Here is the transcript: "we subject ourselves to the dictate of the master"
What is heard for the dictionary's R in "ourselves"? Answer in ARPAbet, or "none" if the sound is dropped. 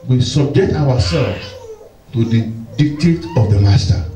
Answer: W